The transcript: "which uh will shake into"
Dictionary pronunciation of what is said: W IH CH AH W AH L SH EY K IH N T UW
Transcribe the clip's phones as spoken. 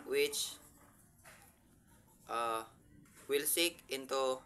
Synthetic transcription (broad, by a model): W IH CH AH W AH L S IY K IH N T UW